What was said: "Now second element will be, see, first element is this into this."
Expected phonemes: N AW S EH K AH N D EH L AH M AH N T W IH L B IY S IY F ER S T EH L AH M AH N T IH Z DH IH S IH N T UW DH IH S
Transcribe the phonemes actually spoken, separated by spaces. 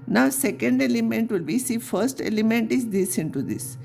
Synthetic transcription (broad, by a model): N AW S EH K AH N D EH L AH M AH N T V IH L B IY S IY F ER S T EH L AH M AH N T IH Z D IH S IH N T UW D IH S